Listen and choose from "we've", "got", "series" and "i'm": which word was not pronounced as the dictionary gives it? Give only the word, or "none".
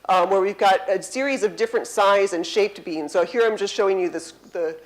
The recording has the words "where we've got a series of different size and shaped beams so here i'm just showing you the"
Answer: none